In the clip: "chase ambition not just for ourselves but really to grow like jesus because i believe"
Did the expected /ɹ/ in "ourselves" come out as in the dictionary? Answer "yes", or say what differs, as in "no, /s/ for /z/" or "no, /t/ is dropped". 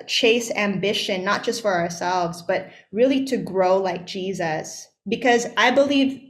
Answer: yes